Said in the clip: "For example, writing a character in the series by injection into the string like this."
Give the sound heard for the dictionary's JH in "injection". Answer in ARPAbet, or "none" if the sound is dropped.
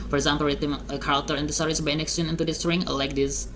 none